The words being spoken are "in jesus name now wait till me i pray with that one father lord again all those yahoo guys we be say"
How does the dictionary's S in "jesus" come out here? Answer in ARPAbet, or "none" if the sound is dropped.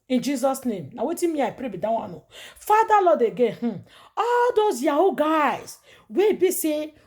S